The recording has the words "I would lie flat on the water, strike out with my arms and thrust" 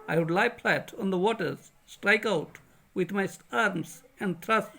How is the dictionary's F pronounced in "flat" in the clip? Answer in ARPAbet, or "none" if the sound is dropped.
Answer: P